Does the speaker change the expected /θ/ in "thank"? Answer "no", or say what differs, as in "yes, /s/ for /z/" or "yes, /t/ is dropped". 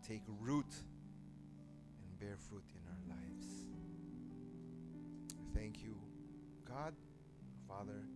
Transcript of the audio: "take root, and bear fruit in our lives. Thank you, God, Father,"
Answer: no